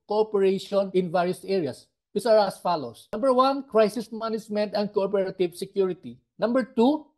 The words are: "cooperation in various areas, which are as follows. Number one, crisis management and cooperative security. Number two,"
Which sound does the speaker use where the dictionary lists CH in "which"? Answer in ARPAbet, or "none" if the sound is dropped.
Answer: S